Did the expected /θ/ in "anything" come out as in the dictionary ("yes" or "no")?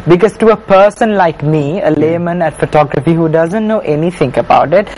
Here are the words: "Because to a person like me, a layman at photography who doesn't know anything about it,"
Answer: no